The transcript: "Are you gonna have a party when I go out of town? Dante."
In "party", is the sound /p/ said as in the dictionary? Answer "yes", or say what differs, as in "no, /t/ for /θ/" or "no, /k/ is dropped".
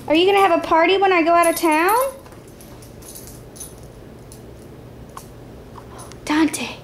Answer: yes